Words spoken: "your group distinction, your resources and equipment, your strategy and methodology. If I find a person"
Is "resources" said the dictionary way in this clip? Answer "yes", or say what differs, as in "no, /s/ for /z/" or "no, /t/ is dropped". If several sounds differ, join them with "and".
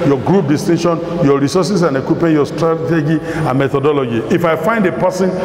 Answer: no, /s/ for /z/